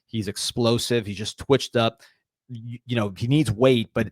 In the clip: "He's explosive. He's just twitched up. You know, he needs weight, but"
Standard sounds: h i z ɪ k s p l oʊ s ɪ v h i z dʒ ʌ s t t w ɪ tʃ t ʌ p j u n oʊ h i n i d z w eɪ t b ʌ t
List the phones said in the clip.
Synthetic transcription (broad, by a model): h i z ɪ k s p l oʊ s ɪ v h i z dʒ ʌ s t t w ɪ tʃ t ʌ p j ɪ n oʊ h i n i d z w eɪ t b ʌ t